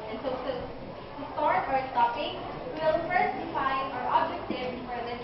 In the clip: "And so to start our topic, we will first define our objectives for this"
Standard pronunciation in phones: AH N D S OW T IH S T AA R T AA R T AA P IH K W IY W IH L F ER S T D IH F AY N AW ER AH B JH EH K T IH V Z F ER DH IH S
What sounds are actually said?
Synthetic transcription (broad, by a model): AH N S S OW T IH S T AA R T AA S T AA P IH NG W W IH L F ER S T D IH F AY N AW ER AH B JH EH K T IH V F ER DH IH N